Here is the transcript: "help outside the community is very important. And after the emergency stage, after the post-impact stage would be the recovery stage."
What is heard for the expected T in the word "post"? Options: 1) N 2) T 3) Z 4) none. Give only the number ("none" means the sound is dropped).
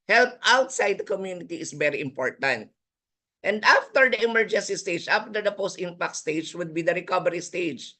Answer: 2